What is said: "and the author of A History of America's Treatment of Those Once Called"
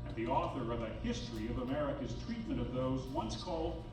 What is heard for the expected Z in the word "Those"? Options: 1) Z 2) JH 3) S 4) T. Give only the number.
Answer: 1